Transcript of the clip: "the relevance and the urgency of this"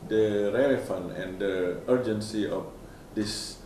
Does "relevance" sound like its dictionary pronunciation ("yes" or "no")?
no